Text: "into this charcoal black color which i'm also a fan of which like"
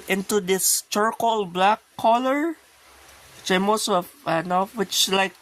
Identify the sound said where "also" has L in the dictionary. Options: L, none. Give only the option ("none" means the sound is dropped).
none